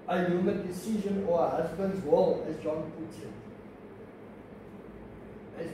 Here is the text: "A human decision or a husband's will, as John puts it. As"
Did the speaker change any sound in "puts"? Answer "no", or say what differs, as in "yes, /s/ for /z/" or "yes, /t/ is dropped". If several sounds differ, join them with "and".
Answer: yes, /s/ is dropped